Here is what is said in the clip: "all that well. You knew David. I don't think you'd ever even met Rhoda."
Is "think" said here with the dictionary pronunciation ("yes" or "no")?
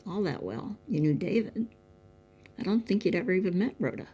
yes